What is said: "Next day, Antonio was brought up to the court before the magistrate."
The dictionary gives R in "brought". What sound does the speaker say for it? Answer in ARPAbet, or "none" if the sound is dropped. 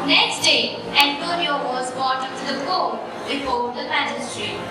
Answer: none